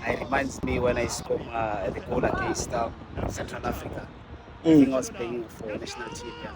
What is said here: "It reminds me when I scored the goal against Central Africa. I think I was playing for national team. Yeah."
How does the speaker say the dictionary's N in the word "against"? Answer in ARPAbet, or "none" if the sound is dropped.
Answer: none